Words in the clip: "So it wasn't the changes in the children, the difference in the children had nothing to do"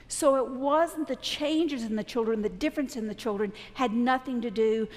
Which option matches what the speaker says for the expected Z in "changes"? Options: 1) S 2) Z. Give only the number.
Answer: 2